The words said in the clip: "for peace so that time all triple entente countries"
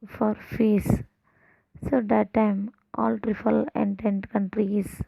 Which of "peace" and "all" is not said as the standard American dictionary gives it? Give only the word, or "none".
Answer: peace